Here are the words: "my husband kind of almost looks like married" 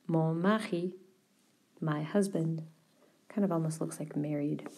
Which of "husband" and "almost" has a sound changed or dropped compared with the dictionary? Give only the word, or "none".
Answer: none